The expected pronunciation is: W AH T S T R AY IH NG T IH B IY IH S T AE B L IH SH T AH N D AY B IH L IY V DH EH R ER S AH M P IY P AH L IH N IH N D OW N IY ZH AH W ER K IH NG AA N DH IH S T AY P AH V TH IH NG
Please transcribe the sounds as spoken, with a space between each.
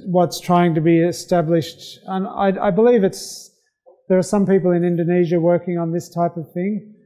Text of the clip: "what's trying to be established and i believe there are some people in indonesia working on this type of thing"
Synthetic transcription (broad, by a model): W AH T S T R AY IH NG T IH B IY IH S T AE B L IH SH T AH N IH AY B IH L IY V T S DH ER S AH M P IY P L IH N IH N D OW N IY ZH AH W ER K IH NG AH N DH IH S T AY P AH V TH IH NG